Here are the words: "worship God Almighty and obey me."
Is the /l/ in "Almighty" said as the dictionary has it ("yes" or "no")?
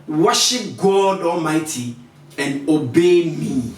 yes